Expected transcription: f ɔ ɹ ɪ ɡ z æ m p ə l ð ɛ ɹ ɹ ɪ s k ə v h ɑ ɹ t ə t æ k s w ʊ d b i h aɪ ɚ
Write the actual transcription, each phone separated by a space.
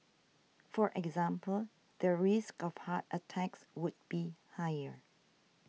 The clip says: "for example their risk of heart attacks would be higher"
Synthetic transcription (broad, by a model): f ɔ ɹ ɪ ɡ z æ m p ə l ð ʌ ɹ ɹ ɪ s k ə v h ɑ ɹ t ə t æ k s w ʊ d b i h aɪ ɚ